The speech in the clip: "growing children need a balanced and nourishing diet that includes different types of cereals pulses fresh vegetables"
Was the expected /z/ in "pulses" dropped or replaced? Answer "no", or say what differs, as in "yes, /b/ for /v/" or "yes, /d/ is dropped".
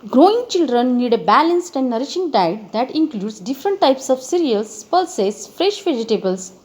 yes, /s/ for /z/